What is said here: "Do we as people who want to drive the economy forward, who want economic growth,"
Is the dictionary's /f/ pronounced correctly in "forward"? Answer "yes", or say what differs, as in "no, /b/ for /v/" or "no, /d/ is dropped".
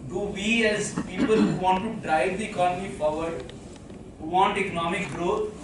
no, /p/ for /f/